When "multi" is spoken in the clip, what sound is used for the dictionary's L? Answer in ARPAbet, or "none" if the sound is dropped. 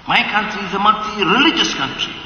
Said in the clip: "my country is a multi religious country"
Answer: none